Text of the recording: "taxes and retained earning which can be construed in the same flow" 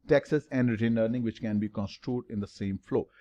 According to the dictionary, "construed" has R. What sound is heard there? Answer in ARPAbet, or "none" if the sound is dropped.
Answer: R